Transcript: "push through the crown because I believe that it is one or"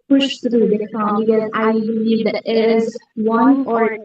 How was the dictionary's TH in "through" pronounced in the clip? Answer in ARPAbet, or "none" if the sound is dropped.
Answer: T